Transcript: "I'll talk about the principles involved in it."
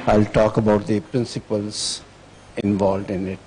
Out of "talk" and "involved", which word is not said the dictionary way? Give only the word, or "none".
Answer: none